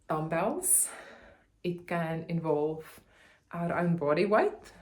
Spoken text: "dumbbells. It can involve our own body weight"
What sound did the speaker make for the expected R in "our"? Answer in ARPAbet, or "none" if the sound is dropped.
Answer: R